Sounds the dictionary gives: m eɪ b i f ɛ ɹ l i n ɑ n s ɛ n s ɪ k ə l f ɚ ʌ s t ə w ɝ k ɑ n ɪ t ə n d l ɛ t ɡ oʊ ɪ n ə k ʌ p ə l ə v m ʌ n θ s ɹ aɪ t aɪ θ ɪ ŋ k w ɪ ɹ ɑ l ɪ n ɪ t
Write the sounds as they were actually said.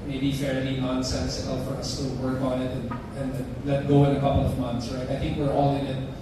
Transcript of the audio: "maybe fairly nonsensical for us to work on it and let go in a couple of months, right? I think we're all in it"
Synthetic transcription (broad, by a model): m eɪ b i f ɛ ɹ n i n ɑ n s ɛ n s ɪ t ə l f ɚ ʌ s t ə w ɝ k ɑ n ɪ t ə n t l ɛ t ɡ oʊ ɪ n ə k ʌ p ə l ə v m ʌ n θ s ɹ aɪ t aɪ θ ɪ ŋ k w ɪ ɹ ɑ l ɪ n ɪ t